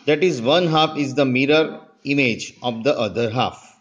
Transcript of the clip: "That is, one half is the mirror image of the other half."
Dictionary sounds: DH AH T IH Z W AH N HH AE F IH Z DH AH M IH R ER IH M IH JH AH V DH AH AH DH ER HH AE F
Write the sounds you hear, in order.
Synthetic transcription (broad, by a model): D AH T IH Z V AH N HH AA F IH Z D AH M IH R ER IH M IH JH AH V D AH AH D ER HH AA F